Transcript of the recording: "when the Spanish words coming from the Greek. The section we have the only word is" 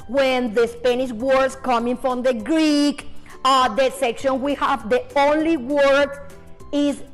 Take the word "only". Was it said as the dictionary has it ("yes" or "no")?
yes